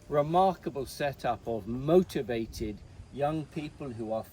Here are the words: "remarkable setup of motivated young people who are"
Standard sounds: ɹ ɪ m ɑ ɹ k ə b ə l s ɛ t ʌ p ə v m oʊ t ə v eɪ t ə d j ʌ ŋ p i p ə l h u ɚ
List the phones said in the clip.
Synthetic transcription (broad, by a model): ɹ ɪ m ɑ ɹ k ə b ə l s ɛ t ʌ p ə v m oʊ t ə v eɪ t ə d j ʌ ŋ p i p ə l h u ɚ